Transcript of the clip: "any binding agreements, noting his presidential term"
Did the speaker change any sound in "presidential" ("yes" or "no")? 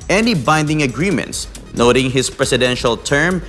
yes